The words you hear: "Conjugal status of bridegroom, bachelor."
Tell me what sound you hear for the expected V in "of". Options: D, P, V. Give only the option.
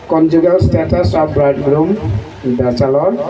P